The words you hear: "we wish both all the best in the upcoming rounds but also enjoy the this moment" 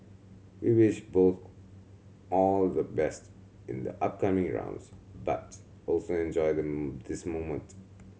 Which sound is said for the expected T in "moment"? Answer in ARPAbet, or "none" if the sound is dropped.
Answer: T